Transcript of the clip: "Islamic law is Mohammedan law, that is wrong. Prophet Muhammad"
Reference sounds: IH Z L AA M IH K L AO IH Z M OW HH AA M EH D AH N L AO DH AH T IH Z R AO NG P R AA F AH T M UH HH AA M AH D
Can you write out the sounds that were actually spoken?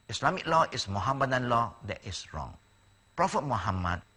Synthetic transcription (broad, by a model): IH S L AA M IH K L AO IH S M OW HH AA M EH D AH N L AO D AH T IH S R AO NG P R AA F AH T M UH HH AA M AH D